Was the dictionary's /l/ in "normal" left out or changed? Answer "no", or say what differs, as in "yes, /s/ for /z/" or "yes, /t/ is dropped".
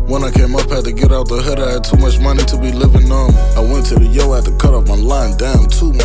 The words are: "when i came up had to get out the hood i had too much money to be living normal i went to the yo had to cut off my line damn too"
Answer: yes, /n/ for /l/